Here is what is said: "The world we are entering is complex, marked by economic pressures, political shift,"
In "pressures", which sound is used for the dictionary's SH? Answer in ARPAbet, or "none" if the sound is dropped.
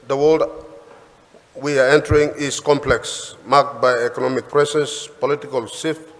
S